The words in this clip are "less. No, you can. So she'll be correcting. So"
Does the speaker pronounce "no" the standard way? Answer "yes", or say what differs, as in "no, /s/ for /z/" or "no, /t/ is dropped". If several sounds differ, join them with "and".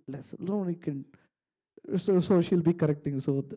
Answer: no, /l/ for /n/